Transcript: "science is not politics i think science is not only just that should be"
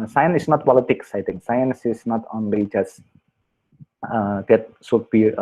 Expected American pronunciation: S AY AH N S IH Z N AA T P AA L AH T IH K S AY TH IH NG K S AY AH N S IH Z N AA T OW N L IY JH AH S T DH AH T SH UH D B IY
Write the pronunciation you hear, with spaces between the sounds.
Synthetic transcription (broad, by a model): S AY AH N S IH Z N AA T P AA L AH T IH K S AY T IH NG K S AY AH N S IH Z N AA T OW N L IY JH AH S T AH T S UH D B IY